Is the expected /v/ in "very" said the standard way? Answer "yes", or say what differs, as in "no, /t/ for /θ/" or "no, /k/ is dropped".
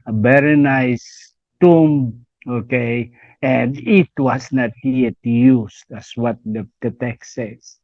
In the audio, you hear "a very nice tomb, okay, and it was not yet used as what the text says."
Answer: no, /b/ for /v/